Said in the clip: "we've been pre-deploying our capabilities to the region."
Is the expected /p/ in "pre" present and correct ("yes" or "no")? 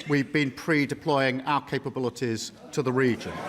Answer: yes